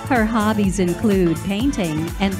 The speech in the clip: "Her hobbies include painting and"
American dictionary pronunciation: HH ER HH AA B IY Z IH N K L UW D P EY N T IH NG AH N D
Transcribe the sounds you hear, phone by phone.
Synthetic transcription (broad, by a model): HH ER HH AA B IY Z IH N K L UW D P EY N T IH NG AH N